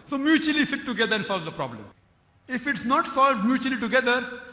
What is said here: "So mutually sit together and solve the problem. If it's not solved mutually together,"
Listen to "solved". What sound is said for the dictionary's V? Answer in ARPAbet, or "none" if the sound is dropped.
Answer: V